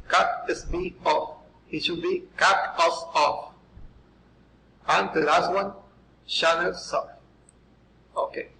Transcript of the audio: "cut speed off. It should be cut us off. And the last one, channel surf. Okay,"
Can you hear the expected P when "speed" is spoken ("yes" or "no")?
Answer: no